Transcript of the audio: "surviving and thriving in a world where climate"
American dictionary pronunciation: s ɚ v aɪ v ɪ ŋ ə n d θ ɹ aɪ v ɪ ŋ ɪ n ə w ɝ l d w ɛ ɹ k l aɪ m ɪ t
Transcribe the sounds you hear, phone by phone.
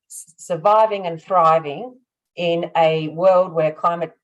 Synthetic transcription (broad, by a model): s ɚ v aɪ v ɪ ŋ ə n θ ɹ aɪ v ɪ ŋ ɪ n ə w ɝ l d w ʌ ɹ k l aɪ m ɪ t